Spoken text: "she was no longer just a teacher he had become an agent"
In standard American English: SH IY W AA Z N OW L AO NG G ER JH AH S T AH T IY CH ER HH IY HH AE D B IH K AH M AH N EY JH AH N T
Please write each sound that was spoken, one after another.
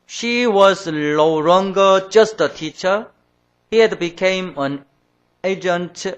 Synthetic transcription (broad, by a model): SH IY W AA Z L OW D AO NG G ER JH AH S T AH T IY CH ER HH IY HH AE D B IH K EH M AH N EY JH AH N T